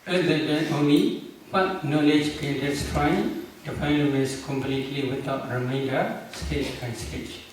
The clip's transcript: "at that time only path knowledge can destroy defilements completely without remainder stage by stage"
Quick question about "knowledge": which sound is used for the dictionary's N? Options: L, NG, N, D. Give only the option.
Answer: N